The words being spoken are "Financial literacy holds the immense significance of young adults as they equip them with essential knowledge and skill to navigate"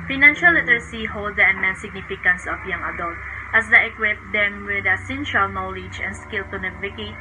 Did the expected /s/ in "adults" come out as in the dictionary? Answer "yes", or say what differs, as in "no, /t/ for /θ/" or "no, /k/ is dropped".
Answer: no, /s/ is dropped